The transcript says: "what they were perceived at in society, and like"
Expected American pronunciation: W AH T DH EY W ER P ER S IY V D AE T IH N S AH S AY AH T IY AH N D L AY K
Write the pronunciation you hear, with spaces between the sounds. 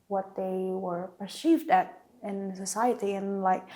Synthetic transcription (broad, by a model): W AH T DH EY W ER P ER S IY V D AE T IH N S AH S AY AH T IY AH N L AY K